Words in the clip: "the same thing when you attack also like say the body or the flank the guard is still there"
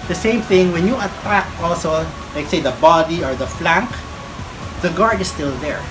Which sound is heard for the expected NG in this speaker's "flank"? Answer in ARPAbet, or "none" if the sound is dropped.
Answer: NG